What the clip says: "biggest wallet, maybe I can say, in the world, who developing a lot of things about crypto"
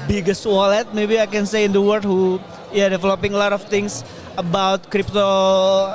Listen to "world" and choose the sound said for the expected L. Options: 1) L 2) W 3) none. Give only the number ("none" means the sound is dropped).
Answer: 3